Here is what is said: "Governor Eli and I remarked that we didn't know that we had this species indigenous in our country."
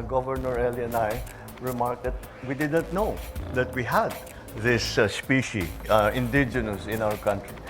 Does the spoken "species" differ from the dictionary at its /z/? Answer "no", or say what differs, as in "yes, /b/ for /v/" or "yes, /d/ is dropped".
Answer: yes, /z/ is dropped